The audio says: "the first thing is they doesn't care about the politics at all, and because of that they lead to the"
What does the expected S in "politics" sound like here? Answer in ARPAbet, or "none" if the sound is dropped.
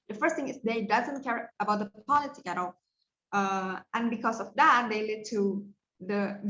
none